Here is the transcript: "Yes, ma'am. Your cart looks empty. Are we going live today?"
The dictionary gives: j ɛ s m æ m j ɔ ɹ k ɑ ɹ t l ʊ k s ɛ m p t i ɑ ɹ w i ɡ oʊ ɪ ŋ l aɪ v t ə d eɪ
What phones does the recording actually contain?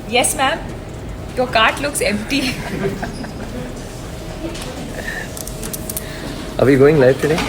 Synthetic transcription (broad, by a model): j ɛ s m æ m j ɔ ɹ k ɑ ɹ t l ʊ k s ɛ m p t i ɑ ɹ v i ɡ oʊ ɪ ŋ l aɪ f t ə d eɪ